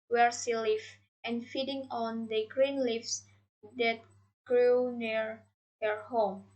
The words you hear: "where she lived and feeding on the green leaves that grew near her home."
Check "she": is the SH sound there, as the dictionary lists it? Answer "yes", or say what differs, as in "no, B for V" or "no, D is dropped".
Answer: no, S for SH